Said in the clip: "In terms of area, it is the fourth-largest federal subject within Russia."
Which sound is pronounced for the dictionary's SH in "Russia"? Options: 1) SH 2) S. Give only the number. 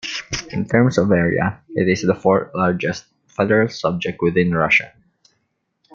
1